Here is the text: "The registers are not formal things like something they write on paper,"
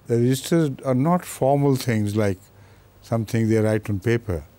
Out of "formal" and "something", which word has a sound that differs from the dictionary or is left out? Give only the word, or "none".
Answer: something